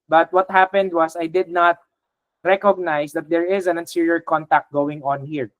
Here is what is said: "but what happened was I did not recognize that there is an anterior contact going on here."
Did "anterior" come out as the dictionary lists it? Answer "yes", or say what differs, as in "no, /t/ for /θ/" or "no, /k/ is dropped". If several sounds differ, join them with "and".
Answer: no, /s/ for /t/